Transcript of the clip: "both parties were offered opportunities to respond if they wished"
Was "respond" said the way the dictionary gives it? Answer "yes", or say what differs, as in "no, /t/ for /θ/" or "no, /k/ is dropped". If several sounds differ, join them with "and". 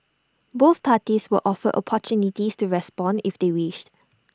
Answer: yes